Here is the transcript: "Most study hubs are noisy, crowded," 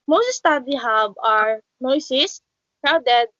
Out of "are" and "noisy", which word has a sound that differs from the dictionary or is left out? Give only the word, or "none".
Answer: noisy